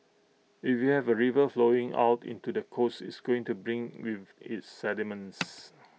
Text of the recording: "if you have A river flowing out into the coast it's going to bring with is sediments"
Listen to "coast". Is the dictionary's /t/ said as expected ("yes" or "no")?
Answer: no